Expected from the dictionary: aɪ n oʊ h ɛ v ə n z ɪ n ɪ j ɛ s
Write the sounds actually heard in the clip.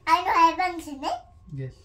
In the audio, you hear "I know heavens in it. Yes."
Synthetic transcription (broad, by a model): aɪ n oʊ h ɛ b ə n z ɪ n ɪ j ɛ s